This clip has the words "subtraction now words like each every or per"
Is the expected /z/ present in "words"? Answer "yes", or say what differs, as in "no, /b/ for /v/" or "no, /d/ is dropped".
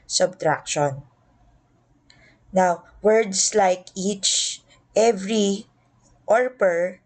no, /s/ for /z/